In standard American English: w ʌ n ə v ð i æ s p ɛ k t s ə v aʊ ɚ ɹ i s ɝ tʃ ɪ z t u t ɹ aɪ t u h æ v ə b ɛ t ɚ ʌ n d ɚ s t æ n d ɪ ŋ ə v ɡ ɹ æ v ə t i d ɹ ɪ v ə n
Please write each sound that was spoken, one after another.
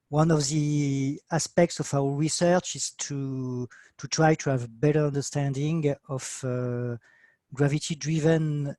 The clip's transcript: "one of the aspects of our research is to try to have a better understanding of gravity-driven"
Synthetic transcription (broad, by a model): w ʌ n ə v ð i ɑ s p ɛ k t s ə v aʊ ɚ ɹ i s ɝ tʃ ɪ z t u t ɹ aɪ t u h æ v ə b ɛ t ɚ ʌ n d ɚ s t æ n d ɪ ŋ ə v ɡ ɹ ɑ v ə t i d ɹ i v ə n